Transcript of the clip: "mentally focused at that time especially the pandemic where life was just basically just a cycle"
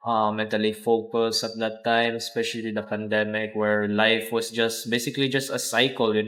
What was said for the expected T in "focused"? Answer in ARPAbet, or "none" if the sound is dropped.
none